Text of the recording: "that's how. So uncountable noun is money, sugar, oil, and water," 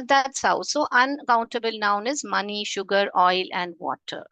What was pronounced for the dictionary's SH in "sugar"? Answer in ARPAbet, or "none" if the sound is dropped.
SH